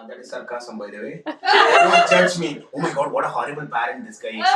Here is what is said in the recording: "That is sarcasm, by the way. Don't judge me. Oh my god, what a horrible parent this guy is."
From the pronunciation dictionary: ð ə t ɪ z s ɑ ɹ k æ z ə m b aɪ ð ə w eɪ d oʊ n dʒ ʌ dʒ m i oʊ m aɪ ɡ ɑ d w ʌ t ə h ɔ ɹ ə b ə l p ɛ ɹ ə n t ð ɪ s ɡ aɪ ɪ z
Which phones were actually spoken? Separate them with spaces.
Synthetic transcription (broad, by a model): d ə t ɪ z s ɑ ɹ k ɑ s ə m b aɪ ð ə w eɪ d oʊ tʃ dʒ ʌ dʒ m i oʊ m aɪ ɡ ɑ d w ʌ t ə h ɔ ɹ ə b ə l b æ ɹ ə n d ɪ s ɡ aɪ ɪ